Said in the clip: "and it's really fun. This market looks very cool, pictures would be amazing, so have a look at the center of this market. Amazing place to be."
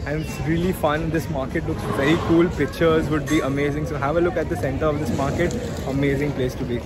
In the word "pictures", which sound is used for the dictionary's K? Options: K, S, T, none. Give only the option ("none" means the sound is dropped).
K